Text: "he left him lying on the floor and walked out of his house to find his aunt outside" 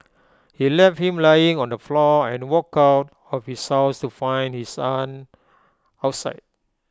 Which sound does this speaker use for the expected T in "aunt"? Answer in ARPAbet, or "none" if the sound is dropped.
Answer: none